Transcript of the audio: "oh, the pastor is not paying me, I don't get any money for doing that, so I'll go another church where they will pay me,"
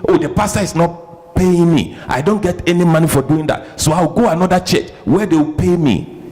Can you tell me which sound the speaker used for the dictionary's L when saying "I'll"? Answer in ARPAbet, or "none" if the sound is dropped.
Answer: W